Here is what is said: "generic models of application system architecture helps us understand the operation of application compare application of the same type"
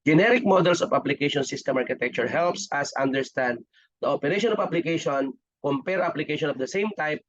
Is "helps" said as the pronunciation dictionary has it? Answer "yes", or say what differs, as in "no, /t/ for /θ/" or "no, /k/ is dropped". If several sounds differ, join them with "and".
yes